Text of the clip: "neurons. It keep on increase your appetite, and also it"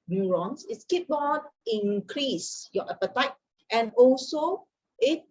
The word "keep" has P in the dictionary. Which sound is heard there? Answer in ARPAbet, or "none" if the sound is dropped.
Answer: B